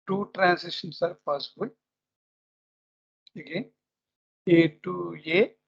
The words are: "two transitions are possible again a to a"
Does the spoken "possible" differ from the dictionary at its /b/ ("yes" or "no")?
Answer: yes